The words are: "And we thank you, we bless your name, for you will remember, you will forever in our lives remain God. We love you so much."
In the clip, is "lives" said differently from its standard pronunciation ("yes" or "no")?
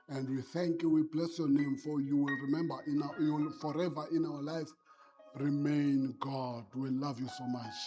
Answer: yes